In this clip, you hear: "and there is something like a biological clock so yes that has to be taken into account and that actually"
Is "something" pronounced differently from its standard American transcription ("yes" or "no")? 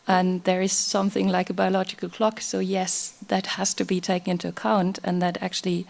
no